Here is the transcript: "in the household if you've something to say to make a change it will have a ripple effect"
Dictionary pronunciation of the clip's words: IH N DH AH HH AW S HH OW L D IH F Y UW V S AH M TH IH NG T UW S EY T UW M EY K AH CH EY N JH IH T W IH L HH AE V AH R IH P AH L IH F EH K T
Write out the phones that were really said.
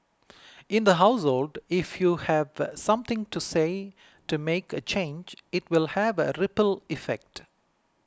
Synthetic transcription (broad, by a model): IH N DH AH HH AW S HH OW L D IH F Y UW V S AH M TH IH NG T UW S EY T UW M EY K AH CH EY N JH IH T W IH L HH AE V AH R IH P AH L IH F EH K T